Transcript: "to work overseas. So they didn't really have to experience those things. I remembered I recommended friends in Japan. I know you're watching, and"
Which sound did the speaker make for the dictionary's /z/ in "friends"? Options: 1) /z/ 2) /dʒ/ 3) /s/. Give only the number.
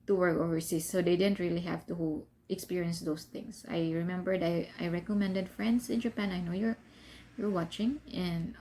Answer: 3